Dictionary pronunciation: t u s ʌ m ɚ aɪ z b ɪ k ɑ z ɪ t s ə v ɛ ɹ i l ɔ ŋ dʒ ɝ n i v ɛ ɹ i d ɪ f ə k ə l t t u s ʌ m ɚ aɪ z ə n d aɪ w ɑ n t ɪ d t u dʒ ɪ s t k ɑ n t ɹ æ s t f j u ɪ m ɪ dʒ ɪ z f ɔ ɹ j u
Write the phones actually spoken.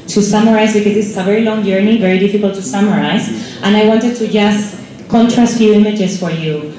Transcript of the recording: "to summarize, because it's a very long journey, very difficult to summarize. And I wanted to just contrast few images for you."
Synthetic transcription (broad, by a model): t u s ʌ m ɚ aɪ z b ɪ k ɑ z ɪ s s ə v ɛ ɹ i l ɔ ŋ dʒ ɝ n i v ɛ ɹ i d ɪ f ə k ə l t t u s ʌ m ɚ aɪ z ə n aɪ w ɑ n t ɪ d t u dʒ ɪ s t k ɑ n t ɹ æ s t f j u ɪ m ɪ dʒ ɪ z f ɔ ɹ j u